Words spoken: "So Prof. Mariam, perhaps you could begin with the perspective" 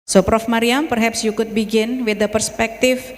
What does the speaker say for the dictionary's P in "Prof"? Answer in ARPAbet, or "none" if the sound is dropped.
P